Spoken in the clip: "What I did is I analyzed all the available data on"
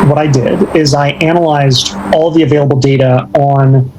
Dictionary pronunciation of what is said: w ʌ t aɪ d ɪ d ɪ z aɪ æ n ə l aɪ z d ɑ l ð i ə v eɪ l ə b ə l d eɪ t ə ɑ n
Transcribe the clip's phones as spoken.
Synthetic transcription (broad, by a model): w ʌ t aɪ d ɪ d ɪ z aɪ æ n ə l aɪ z d ɑ l ð i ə v eɪ l ə b l d eɪ t ə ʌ n